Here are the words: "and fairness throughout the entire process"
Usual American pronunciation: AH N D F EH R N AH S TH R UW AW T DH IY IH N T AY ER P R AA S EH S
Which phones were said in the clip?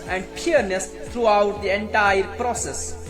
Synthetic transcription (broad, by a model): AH N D P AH R N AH S T R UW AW T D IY IH N T AY ER P R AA S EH S